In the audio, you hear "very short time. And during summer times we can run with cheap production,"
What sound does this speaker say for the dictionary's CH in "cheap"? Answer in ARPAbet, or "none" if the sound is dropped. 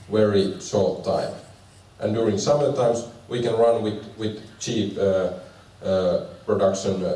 CH